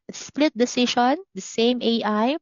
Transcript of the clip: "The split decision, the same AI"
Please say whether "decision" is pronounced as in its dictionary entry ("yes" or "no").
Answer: no